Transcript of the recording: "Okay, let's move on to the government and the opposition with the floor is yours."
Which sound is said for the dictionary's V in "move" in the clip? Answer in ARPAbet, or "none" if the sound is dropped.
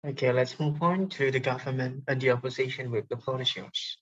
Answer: P